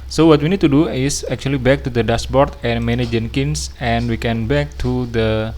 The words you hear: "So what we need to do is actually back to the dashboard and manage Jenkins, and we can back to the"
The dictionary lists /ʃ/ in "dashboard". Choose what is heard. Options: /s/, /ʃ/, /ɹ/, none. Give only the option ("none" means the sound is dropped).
/s/